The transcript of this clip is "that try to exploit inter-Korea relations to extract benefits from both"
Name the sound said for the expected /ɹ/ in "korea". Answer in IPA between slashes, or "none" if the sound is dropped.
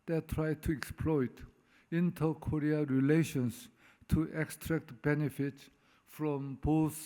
/ɹ/